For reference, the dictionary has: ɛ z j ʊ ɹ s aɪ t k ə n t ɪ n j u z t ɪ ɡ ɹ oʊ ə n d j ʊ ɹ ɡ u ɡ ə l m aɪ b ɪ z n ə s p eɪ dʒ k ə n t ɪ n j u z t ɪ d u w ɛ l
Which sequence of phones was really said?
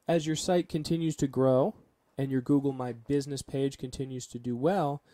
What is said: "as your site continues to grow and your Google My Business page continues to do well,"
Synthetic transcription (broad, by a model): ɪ z j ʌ ɹ s aɪ t k ə n t ɪ n j u z t ɪ ɡ ɹ oʊ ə n j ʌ ɹ ɡ u ɡ l m aɪ b ɪ z n ə s p eɪ dʒ k ə n t ɪ n j u z t ɪ d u w ɛ l